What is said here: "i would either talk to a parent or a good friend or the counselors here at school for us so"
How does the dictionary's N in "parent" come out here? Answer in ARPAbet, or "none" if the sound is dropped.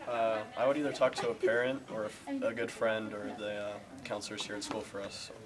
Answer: N